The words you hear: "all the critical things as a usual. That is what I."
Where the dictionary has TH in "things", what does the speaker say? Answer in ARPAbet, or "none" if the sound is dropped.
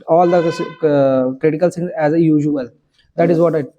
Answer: S